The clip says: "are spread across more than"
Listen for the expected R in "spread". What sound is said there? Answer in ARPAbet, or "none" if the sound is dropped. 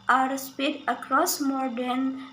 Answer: none